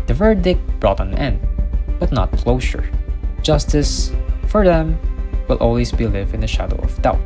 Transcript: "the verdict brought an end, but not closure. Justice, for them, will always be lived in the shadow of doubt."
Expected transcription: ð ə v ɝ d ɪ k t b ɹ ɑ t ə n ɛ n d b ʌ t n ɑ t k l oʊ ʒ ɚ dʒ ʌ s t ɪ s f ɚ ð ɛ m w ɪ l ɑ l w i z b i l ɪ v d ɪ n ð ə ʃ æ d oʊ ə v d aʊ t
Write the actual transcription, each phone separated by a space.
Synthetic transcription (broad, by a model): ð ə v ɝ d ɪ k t b ɹ ɑ t ə n ɛ n d b ʌ t n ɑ t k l oʊ ʃ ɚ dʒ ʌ s t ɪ s f ɚ ð ɛ m w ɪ l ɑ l w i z b i l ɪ v ɪ n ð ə ʃ æ d oʊ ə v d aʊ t